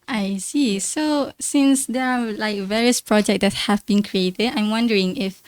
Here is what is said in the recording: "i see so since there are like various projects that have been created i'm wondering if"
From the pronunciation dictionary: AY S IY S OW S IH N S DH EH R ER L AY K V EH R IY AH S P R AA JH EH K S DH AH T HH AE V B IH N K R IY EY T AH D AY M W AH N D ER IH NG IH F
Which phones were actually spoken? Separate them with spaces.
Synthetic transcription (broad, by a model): AY S IY S OW S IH N S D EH R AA L AY K V EH R IY AH S P R AA JH EH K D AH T HH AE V B IH N K R IY EY T AH D AY M W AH N D ER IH NG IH F